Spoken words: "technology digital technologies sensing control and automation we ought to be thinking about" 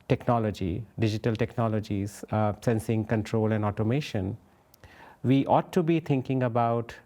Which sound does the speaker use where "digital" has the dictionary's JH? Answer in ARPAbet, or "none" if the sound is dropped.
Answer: JH